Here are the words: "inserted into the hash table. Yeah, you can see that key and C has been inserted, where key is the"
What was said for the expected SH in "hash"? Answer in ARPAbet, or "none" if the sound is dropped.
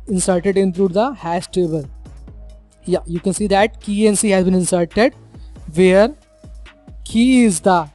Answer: S